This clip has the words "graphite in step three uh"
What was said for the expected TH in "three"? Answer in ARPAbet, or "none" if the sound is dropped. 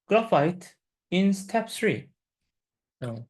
S